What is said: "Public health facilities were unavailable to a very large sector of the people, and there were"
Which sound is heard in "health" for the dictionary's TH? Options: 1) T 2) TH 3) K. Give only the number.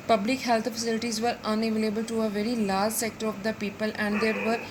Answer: 1